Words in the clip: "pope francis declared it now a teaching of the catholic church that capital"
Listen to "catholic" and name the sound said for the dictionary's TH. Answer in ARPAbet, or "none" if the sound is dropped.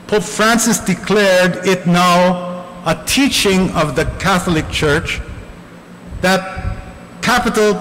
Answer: TH